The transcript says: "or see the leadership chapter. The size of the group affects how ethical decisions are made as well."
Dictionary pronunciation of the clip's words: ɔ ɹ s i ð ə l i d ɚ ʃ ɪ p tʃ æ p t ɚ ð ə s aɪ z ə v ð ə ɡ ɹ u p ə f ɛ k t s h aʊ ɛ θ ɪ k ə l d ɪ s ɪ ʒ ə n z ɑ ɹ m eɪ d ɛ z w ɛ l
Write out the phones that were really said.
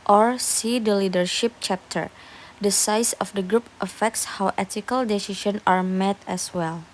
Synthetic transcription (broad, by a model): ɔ ɹ s i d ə l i d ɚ ʃ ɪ p tʃ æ p t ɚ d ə s aɪ s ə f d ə ɡ ɹ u p ə f ɛ k t s h aʊ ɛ t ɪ k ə l d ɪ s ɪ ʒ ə n ɑ ɹ m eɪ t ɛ s w ɛ l